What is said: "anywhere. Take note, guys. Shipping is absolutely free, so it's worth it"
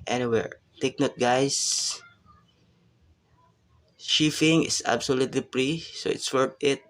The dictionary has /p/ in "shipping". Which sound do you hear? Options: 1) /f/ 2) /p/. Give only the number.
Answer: 1